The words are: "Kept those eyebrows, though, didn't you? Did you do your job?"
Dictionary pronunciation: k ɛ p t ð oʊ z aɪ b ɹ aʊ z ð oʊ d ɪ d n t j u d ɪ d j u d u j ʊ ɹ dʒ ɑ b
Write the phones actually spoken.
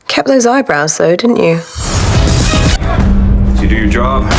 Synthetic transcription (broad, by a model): k ɛ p ð oʊ z aɪ b ɹ aʊ z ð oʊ d ɪ d n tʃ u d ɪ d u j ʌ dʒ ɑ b